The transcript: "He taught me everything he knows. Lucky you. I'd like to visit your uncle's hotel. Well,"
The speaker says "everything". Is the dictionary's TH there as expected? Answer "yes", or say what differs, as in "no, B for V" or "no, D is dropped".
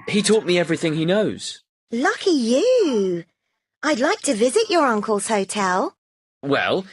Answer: yes